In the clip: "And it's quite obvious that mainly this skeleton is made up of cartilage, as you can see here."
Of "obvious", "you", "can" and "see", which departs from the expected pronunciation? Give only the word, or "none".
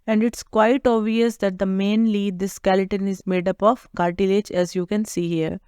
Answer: obvious